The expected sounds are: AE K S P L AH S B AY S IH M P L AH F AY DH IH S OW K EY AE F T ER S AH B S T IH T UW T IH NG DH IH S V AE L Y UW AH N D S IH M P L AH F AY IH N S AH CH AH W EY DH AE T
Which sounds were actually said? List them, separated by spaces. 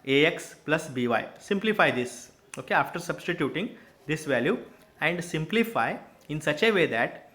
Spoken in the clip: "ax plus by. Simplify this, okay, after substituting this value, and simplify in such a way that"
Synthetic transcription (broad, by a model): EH K S P L AH S B AY S IH M P L AH F AY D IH S OW K EY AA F T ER S AH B S T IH T UW T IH NG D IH S V AE L Y UW AH N D S IH M P L AH F AY IH N S AH CH AH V EY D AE T